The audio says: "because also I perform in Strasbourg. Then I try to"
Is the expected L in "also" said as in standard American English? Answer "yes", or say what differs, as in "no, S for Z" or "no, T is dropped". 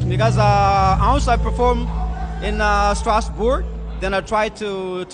no, N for L